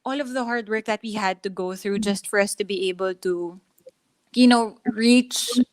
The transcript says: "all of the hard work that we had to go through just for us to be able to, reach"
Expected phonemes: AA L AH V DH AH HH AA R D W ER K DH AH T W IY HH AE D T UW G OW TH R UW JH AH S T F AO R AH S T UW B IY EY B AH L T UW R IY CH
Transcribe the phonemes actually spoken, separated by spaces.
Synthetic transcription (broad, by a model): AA L AH V DH AH HH AA R D W ER K DH AH T W IY HH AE D T UW G OW TH R UW JH AH S T F AO R AH S T UW B IY EY B AH L T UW R IY CH